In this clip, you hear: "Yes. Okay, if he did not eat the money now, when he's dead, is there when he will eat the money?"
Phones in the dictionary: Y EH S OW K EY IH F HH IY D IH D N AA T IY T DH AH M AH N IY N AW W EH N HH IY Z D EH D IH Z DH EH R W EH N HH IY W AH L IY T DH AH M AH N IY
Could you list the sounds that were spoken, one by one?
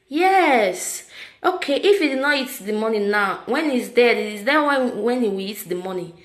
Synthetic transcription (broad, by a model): Y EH S OW K EY IH F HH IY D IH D N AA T IY T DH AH M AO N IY N AW W EH N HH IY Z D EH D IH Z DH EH W W EH N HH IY W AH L IY T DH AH M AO N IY